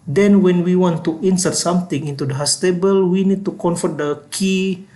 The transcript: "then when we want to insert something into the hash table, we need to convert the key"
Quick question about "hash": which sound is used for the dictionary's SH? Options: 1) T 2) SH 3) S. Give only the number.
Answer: 3